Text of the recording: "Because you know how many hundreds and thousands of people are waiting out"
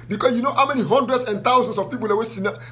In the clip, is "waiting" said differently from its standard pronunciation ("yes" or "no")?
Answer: yes